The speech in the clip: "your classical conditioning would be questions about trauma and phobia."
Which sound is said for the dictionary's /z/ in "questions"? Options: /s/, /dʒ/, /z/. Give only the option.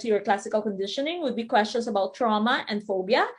/s/